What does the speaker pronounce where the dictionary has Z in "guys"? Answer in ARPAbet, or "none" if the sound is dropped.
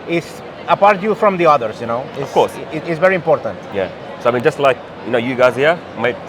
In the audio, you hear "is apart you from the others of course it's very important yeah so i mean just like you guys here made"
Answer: Z